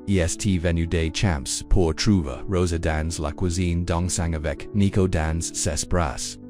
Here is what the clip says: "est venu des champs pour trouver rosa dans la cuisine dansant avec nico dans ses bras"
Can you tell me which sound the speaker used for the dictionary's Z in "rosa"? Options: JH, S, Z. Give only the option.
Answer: Z